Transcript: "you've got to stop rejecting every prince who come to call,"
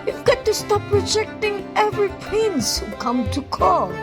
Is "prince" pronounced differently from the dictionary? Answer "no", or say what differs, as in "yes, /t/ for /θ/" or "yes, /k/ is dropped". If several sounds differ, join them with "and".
yes, /ɹ/ is dropped